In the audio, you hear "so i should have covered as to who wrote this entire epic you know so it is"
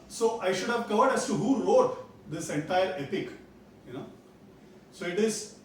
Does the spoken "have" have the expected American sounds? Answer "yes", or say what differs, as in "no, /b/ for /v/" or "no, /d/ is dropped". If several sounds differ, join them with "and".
yes